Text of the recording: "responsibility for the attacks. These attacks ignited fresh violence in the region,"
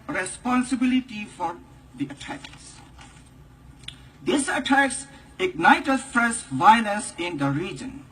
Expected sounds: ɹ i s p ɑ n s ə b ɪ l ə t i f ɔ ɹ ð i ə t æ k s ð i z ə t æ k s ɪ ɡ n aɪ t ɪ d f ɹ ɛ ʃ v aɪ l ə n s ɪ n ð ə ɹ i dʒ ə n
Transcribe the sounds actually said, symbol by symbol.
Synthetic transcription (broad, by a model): ɹ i s p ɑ n s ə b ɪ l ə t i f ɔ ɹ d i ə t æ k s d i s ə t æ k s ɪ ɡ n aɪ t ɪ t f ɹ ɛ s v aɪ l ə n s ɪ n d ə ɹ i dʒ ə n